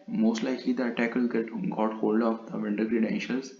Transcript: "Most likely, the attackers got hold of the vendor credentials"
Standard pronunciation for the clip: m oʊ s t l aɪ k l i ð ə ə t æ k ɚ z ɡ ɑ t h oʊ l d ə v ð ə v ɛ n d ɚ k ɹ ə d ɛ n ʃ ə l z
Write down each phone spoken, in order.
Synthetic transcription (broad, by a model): m oʊ s t l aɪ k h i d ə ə t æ k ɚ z ɡ ɑ t h oʊ l d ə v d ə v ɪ n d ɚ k ɹ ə d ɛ n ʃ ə l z